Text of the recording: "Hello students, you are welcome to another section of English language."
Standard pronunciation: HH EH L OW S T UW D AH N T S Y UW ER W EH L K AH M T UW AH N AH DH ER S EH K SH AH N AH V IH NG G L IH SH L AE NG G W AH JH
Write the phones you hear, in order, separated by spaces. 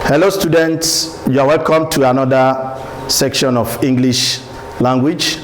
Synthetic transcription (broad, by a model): HH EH L OW S T UW D AH N T S Y UW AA W EH L K AH M T UW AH N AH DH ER S EH K SH AH N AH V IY NG G L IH SH L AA NG G W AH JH